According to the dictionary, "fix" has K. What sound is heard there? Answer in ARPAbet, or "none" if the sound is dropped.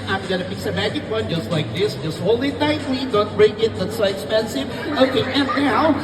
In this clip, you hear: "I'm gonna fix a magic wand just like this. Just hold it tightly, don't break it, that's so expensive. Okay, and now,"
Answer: none